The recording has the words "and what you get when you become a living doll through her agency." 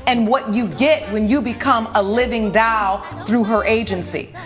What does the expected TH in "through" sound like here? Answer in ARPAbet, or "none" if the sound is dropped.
TH